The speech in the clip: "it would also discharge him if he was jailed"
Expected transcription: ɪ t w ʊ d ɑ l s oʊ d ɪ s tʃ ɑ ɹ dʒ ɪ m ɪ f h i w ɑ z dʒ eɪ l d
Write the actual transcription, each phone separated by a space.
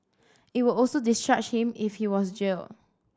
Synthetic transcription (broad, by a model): ɪ t w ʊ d ɑ l s oʊ d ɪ s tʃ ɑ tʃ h ɪ m ɪ f h i w ɑ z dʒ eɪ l